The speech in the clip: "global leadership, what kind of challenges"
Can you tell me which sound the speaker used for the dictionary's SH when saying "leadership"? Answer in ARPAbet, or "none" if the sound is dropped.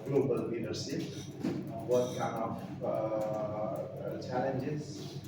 S